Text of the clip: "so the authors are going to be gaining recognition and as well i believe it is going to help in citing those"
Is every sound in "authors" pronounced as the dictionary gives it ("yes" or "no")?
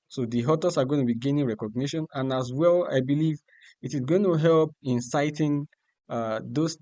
no